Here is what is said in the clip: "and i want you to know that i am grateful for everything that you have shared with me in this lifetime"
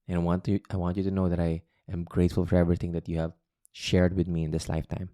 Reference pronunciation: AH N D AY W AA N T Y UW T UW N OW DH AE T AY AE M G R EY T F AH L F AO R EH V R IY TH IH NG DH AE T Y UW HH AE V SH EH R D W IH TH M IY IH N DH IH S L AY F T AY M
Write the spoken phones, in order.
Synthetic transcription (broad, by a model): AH N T AY W AA N T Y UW T UW N OW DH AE T AY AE M G R EY T F AH L F AO R EH V R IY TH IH NG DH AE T Y UW HH AE V SH EH R D W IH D M IY IH N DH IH S L AY F T AY M